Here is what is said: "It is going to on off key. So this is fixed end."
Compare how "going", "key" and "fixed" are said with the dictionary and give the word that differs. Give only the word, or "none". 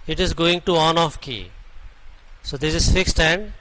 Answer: none